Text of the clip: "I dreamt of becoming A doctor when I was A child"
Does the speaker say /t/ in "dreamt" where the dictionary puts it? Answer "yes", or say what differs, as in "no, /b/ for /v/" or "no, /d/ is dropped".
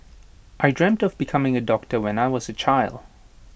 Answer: yes